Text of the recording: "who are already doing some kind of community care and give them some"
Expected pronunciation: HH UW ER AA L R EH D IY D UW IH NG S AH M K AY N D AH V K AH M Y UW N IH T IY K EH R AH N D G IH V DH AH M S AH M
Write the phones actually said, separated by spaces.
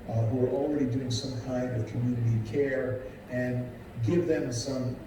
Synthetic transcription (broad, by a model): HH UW ER L R EH D IY D UW IH NG S AH M K AY N D AH V K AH M Y UW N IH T IY K EH R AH N G IH V DH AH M S AH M